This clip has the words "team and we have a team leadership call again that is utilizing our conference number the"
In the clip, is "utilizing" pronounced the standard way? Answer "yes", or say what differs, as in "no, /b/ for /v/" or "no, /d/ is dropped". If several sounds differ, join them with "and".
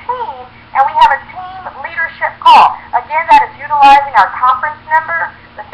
yes